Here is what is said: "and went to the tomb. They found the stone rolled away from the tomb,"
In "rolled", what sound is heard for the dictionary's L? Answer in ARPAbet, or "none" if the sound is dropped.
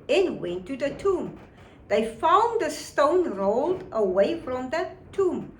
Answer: L